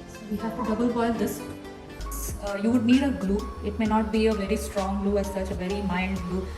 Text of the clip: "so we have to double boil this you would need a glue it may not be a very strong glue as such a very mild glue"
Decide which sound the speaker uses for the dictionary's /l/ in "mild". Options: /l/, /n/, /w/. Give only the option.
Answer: /n/